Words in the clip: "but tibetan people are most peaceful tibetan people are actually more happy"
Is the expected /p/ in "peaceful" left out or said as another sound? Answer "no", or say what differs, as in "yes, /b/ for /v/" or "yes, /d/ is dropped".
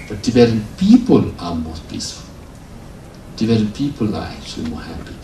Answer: yes, /b/ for /p/